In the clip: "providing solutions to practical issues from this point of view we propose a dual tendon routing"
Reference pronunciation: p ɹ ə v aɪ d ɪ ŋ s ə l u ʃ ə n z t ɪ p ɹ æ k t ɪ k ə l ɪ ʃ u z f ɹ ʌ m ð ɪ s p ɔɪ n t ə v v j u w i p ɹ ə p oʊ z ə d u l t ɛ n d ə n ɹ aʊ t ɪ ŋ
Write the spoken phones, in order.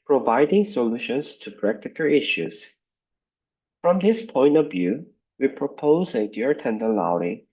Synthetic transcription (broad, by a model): p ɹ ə v aɪ d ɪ ŋ s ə l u ʃ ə n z t ɪ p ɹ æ k t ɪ k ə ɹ ɪ ʃ u z f ɹ ʌ m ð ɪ s p ɔɪ n t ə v v j u w i p ɹ ə p oʊ z ə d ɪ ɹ t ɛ n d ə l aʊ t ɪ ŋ